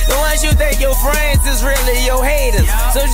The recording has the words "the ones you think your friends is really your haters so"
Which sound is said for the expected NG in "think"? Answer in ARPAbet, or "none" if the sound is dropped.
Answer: none